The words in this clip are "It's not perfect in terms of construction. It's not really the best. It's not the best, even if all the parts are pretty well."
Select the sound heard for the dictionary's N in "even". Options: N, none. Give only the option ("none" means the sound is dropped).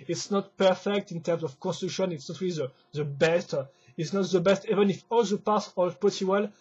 N